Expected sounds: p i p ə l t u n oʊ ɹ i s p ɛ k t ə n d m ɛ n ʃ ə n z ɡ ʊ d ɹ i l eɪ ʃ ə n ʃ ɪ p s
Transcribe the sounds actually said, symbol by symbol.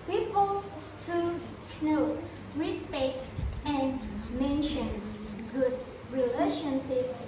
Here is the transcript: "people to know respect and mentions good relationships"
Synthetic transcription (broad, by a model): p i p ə l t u n oʊ ɹ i s p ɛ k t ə n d m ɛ n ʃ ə n ɡ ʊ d ɹ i l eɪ ʃ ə n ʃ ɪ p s